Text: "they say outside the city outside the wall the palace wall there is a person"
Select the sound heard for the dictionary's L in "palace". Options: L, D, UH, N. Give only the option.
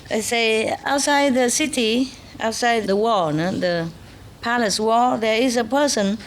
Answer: L